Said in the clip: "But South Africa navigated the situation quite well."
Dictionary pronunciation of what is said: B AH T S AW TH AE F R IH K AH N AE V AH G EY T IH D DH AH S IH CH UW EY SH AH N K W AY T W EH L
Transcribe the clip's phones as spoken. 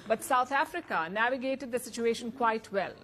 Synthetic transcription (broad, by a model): B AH T S AW T AE F R IH K AH N AE V AH G EY T IH D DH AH S IH CH UW EY SH AH N K W AY T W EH L